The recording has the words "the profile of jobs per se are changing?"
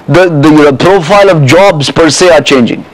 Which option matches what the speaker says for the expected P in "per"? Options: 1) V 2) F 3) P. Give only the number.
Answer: 3